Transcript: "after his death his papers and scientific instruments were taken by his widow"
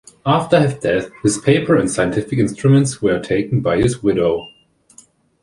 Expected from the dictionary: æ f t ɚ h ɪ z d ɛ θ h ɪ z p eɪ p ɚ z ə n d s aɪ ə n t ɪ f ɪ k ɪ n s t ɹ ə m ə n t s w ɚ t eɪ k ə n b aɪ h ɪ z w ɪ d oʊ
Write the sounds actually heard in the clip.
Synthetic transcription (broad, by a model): æ f t ɚ h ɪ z d ɛ θ h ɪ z p eɪ p ɚ ə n s aɪ ə n t ɪ f ɪ k ɪ n s t ɹ ə m ə n t s w ɚ t eɪ k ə n b aɪ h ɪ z w ɪ d oʊ